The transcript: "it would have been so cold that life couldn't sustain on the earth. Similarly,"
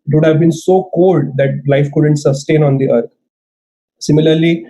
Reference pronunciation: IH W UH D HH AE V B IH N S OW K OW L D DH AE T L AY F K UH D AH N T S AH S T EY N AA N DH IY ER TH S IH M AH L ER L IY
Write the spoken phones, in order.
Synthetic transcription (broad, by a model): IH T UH D HH AE V B IH N S OW K OW L D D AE T L AY F K UH D AH N T S AH S T EY N AA N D IY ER T S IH M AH L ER L IY